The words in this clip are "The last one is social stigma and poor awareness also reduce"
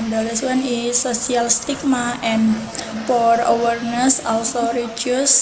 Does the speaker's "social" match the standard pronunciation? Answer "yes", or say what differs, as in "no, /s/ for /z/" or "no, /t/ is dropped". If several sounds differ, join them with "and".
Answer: no, /s/ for /ʃ/